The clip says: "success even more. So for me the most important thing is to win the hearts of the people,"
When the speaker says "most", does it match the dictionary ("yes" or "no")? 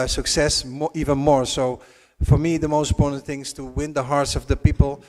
no